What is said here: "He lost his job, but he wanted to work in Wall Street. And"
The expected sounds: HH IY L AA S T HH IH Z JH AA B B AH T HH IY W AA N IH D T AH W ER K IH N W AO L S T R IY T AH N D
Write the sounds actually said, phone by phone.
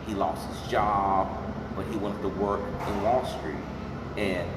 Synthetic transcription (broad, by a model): HH IY L AA S T HH IH Z JH AA B B AH T HH IY W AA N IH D T AH W ER K IH N W AO L S T R IY T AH N